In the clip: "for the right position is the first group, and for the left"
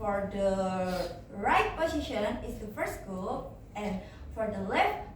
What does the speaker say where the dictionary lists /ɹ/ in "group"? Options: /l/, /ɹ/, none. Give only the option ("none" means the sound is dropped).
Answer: none